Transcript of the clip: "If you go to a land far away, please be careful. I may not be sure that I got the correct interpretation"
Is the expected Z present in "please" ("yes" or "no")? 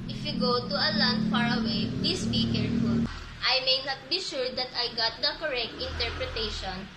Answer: no